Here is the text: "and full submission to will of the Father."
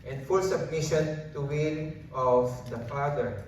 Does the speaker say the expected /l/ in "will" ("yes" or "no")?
no